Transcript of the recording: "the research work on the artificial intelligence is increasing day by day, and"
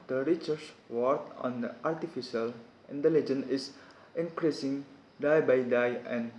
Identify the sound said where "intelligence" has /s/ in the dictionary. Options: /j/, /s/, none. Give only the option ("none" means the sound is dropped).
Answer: none